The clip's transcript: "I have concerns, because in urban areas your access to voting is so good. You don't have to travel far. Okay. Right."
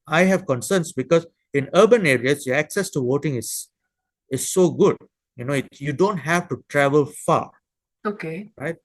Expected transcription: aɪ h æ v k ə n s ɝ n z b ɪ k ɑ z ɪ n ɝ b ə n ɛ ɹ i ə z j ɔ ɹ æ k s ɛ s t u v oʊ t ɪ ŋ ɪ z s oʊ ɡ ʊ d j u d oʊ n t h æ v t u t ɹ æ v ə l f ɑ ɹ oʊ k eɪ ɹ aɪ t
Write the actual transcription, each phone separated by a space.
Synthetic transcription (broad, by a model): aɪ h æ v k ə n s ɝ n s b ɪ k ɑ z ɪ n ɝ b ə n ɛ ɹ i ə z j ɔ ɹ æ k s ɛ s t u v oʊ t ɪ ŋ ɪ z s oʊ ɡ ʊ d j u d oʊ n t h æ v t u t ɹ æ v ə l f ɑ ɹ oʊ k eɪ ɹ aɪ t